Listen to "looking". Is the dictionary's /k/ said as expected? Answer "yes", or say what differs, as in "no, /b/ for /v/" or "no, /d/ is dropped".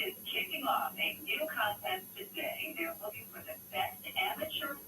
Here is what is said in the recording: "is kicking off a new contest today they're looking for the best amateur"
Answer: no, /k/ is dropped